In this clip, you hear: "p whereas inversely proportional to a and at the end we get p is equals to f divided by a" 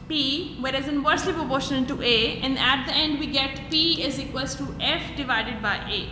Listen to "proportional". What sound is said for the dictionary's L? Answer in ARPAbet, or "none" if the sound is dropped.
N